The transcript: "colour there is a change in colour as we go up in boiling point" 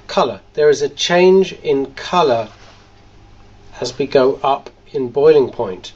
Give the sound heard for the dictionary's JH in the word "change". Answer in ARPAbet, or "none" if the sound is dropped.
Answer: JH